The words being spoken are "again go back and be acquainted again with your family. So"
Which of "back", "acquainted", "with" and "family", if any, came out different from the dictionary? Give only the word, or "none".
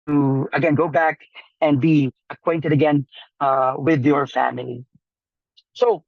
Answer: none